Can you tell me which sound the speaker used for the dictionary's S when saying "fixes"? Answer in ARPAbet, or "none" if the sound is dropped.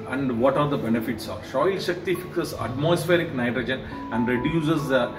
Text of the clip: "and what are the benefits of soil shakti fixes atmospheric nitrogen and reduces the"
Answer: none